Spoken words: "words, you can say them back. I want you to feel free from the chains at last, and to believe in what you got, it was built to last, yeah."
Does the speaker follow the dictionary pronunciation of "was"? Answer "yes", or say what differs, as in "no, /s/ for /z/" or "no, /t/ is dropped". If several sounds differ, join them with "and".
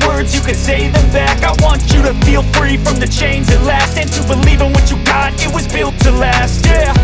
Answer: yes